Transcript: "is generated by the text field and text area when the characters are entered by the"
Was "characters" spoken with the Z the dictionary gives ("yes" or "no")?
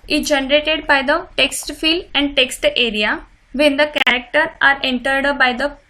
no